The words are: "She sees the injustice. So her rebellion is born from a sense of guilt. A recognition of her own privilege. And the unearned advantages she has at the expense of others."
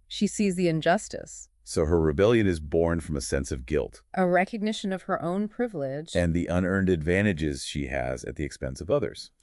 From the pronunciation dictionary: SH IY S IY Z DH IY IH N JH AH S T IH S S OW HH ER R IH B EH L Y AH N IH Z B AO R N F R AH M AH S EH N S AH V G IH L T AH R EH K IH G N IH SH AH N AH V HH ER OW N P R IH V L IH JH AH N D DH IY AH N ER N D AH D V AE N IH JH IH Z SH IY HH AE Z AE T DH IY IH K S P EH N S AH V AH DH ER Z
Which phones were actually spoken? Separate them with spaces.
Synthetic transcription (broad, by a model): SH IY S IY Z DH IY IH N JH AH S T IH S S OW HH ER R IH B EH L Y AH N IH Z B AO R N F R AH M AH S EH N S AH V G IH L T AH R EH K IH G N IH SH AH N AH V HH ER OW N P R IH V L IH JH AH N DH IY AH N ER N D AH D V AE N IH JH IH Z SH IY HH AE Z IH T DH IY IH K S P EH N S AH V AH DH ER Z